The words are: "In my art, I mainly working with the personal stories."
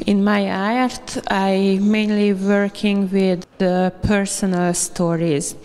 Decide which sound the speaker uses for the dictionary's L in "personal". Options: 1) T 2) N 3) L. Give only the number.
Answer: 3